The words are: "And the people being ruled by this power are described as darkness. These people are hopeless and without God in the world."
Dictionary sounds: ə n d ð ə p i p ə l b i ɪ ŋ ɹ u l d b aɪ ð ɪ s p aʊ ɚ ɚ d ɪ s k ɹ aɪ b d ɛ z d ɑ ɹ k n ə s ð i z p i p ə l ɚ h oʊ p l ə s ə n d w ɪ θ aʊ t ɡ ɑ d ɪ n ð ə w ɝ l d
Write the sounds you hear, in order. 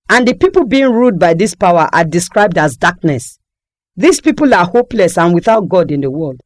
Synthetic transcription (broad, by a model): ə n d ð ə p i p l b i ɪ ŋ ɹ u d b aɪ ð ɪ s p aʊ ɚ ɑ d ɪ s k ɹ aɪ b d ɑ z d ɑ k n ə s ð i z p i p ə l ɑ h oʊ p l ə s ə n w ɪ θ aʊ t ɡ ɑ d ɪ n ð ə w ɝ l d